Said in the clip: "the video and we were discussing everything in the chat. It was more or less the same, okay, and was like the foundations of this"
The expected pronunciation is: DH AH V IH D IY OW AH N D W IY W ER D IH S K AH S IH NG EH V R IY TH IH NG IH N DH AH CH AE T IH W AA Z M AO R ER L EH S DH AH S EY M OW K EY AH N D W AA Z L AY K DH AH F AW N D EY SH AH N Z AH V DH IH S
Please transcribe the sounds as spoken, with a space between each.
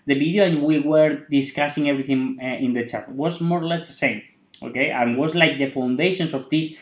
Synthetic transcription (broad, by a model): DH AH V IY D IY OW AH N W IY W ER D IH S K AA S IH NG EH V R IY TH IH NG IH N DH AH CH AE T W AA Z M AO R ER L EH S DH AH S EY M OW K EY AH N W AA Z L AY K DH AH F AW N D EY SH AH N S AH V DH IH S